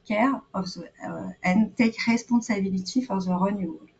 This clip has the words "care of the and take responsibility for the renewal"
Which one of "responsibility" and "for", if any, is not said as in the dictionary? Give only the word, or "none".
responsibility